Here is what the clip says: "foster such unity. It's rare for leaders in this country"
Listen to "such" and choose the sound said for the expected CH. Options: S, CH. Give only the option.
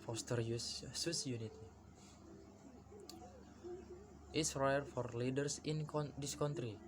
S